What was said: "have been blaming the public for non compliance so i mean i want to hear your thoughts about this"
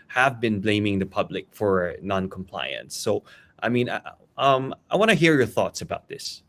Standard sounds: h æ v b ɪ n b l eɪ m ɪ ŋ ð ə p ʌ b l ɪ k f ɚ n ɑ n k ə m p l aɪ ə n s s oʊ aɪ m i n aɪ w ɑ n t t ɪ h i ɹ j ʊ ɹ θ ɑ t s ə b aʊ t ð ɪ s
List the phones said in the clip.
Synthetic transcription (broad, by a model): h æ v b ɪ n b l eɪ m ɪ ŋ ð ə p ʌ b l ɪ k f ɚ n ɑ n k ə m p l aɪ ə n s s oʊ aɪ m i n aɪ w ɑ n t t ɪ h i ɹ j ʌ ɹ θ ɑ t s ə b aʊ t ð ɪ s